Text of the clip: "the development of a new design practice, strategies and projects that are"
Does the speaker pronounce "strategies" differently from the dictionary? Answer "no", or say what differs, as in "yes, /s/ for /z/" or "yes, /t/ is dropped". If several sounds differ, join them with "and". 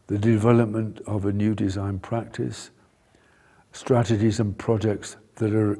no